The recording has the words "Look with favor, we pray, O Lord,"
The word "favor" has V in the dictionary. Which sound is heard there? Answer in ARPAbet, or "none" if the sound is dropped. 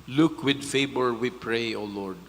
B